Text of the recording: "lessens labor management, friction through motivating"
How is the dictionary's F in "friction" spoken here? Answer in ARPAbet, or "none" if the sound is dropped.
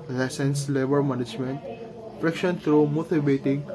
P